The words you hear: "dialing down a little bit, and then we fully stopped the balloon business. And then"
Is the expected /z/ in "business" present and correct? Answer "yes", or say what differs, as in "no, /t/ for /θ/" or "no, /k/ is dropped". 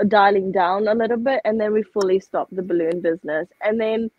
yes